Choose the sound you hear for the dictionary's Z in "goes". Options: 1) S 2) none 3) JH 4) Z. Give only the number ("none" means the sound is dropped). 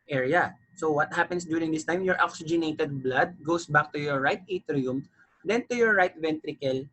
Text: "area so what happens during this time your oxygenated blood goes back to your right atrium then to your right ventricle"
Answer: 1